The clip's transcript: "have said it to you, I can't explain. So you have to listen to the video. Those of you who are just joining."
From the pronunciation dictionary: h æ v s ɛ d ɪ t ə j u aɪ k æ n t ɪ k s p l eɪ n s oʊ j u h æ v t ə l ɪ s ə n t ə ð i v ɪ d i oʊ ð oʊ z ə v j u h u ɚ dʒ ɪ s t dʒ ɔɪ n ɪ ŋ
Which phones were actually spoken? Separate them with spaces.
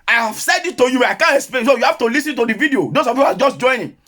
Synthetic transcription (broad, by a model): h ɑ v s ɛ d ɪ t ə j u aɪ k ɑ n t ɪ k s p l eɪ n s oʊ j u h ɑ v t ə l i s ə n t ə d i v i d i oʊ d oʊ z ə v j u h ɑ dʒ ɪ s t dʒ ɔɪ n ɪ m